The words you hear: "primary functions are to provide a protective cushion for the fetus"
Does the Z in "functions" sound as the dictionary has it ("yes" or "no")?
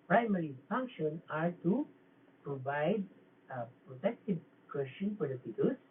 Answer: no